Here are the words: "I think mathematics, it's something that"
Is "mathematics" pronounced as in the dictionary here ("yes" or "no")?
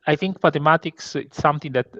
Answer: no